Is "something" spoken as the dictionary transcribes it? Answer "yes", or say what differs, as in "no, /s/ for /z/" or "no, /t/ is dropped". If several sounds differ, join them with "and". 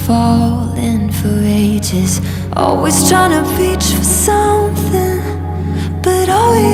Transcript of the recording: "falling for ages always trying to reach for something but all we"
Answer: yes